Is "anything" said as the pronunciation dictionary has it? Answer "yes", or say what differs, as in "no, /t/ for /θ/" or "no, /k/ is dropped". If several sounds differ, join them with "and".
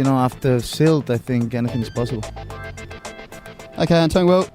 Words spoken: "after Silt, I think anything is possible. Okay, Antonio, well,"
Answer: yes